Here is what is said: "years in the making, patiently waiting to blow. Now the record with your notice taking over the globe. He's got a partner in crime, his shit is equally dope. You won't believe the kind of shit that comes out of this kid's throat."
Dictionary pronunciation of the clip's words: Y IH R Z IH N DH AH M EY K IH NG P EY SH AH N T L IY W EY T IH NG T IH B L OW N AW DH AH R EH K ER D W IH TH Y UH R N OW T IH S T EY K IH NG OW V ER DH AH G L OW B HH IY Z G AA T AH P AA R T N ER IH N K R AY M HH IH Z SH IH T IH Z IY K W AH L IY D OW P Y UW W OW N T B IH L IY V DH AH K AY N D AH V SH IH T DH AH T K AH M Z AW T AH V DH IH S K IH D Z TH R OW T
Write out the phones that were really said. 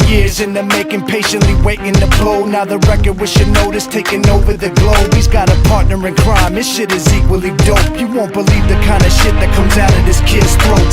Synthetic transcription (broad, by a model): Y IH R Z IH N DH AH M EY K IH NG P EY SH AH N T L IY W EY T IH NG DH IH B L OW N AW DH AH R EH K ER D W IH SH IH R N OW T IH S T EY K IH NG OW V ER DH AH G L OW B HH IY Z G AA T AH P AA R T N ER IH N K R AY M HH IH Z SH IH T IH Z IY K W AH L IY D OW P Y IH W OW N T B IH L IY V DH AH K AY N D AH SH IH T DH AH T K AH M Z AW T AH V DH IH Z K IH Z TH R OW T